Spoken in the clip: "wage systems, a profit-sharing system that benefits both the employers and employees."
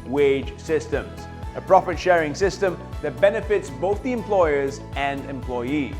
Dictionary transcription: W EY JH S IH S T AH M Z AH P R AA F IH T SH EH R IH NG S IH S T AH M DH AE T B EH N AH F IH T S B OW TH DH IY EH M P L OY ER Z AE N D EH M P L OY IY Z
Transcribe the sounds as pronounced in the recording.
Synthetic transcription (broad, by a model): W EY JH S IH S T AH M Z AH P R AA F IH T SH EH R IH NG S IH S T AH M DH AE T B EH N AH F IH T S B OW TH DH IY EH M P L OY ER Z AE N D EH M P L OY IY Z